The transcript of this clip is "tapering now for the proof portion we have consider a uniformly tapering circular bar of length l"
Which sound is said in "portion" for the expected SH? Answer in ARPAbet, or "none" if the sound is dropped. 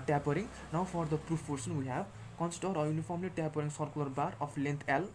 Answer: S